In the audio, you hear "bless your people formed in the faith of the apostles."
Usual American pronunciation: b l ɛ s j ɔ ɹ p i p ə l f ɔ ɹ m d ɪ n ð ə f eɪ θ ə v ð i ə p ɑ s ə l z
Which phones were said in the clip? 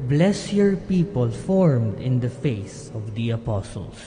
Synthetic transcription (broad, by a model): b l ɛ s j ɔ ɹ p i p ə l f ɔ ɹ m d ɪ n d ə f eɪ s ə v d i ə p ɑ s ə l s